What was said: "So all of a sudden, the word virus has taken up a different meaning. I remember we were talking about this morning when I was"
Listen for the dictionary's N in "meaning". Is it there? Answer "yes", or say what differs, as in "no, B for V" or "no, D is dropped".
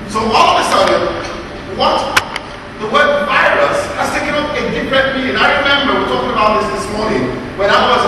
no, N is dropped